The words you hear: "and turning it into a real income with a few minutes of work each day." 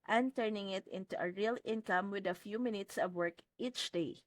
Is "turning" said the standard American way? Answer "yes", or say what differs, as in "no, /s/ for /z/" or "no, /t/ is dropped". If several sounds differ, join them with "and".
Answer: yes